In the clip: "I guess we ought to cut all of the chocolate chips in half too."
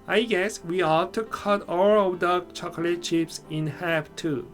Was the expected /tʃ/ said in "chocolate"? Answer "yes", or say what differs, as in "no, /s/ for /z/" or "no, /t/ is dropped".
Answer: yes